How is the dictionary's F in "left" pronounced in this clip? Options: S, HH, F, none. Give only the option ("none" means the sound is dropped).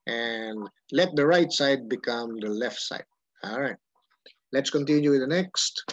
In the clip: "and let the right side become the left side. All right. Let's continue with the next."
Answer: F